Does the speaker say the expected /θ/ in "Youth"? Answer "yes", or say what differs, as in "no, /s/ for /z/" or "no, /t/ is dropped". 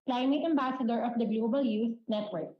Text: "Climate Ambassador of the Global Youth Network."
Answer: no, /s/ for /θ/